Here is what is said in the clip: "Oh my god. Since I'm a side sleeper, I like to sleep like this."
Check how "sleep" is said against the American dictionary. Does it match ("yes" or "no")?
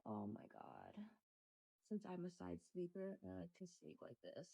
no